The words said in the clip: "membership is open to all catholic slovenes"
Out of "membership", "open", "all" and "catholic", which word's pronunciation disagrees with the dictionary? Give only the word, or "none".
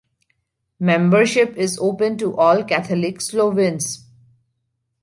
catholic